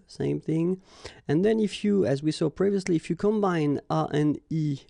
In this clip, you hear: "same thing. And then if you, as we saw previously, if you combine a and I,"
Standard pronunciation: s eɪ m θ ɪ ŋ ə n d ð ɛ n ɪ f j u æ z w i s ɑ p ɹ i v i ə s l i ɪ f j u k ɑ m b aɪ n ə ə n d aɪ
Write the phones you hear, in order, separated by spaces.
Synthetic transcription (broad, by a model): s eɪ m θ ɪ ŋ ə n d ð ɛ n ɪ f j u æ z w i s ɑ p ɹ i v i ə s l i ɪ f j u k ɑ m b aɪ n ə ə n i